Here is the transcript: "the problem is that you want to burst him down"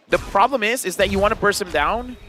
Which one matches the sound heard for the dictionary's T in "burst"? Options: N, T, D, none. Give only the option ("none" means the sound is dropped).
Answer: none